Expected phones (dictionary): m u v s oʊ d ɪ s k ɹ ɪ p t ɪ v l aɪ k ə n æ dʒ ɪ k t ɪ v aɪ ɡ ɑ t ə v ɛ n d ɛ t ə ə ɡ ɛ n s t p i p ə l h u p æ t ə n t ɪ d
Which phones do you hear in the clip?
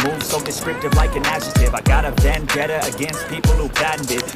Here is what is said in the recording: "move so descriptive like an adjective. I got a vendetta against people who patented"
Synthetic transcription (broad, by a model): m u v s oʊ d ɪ s k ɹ ɪ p t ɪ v l aɪ k ə n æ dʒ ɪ t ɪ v aɪ ɡ ɑ t ə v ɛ n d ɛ t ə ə ɡ ɛ n s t p i p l h u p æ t n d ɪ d